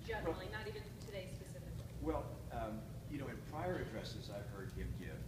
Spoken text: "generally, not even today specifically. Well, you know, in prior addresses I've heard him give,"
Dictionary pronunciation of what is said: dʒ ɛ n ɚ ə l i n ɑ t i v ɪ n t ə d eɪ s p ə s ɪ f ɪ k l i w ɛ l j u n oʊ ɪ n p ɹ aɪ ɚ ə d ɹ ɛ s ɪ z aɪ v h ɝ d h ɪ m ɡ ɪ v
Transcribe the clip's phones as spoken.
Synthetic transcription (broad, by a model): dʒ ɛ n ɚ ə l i n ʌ t i v ɪ n t ə d eɪ s p ə s ɪ f ɪ k l i w ɛ l j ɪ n oʊ ɪ n p ɹ aɪ ɚ ə d ɹ ɛ s ɪ z aɪ v h ɝ d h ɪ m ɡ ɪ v